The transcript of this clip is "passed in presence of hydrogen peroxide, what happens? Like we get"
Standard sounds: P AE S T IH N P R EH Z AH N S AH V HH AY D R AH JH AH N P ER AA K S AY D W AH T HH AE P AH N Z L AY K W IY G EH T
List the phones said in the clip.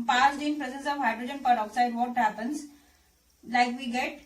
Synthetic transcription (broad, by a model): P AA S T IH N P R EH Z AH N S AH V HH AY D R AH JH AH N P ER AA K S AY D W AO T HH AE P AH N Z L AY K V IY G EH T